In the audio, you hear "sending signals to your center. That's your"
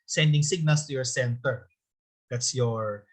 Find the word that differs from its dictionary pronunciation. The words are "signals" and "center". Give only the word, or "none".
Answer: signals